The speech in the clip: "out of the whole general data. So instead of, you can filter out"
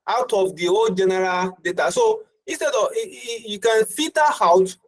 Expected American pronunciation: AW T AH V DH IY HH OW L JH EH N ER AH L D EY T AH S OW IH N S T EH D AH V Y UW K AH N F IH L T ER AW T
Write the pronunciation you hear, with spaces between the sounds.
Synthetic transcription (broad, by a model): AW T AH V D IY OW JH EH N ER AH L D EY T AH S OW IH N S T EH D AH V Y UW K AH N F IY T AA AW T